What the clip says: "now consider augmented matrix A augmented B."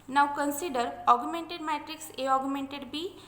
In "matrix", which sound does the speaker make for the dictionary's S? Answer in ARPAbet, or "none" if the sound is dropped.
S